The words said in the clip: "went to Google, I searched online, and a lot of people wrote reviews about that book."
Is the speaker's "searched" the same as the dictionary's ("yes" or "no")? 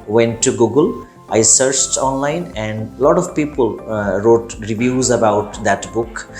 yes